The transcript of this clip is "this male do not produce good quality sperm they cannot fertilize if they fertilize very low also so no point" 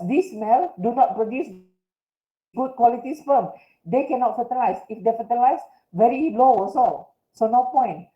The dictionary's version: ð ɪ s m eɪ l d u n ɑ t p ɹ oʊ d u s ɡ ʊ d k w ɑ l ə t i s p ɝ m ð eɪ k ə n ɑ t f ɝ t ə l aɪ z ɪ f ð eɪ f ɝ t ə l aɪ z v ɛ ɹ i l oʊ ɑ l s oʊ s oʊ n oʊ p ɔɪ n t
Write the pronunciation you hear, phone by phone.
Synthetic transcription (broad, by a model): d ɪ s m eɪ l d u n ɑ t p ɹ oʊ d u s ɡ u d k w ɑ l ə t i s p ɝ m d eɪ k ə n ɑ t f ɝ t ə l aɪ s ɪ f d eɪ f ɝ t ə l aɪ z v ɛ ɹ i l oʊ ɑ s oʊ s oʊ n oʊ p ɔɪ n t